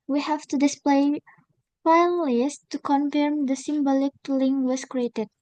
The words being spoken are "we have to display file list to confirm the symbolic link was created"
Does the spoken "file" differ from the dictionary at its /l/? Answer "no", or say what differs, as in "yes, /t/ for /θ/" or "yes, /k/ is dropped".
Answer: yes, /n/ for /l/